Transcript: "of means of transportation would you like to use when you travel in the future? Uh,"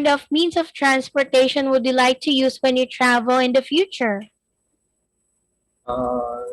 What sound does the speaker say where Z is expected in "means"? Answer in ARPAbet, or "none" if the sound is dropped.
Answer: S